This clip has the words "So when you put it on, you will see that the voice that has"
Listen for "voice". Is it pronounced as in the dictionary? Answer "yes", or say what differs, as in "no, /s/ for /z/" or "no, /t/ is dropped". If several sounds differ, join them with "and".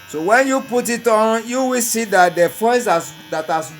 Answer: no, /f/ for /v/